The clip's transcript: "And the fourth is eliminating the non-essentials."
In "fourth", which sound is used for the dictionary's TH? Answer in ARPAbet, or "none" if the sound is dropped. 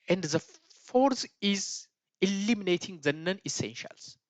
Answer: S